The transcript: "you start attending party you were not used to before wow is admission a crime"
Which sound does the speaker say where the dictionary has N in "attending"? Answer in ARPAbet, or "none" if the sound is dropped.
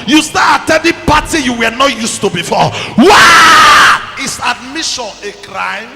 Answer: none